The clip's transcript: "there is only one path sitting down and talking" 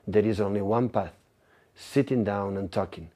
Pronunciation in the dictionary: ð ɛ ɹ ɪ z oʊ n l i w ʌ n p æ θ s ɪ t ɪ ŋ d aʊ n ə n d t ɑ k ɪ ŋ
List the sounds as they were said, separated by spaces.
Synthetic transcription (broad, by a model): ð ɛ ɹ ɪ z oʊ n l i w ʌ n p æ θ s ɪ t ɪ ŋ d aʊ n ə n t ɑ k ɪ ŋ